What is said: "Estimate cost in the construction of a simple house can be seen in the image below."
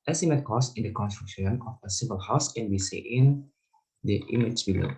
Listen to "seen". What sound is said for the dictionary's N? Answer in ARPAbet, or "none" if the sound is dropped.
none